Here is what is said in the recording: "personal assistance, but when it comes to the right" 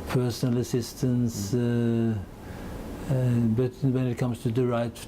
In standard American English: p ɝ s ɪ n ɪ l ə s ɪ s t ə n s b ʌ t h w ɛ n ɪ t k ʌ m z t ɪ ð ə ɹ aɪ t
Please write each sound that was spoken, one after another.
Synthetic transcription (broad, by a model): p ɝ s n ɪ l ə s ɪ s t ə n s b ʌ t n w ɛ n ɪ t k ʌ m s t ɪ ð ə ɹ aɪ t